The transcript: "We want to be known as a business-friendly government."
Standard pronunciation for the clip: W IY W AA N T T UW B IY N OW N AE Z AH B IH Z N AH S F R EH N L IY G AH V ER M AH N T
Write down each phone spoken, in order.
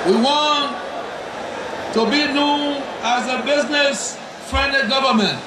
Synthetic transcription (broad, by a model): W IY W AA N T T UW B IY N OW N AE Z AH B IH Z N AH S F R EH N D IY G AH V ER M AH N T